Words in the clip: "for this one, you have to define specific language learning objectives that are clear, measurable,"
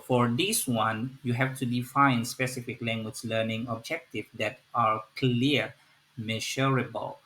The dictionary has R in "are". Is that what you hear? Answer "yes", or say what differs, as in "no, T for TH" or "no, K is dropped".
yes